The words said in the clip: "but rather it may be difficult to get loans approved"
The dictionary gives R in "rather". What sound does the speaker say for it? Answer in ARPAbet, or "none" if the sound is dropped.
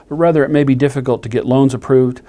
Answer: R